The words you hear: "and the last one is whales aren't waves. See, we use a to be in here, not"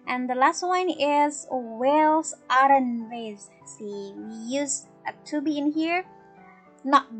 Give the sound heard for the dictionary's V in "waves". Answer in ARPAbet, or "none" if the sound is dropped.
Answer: none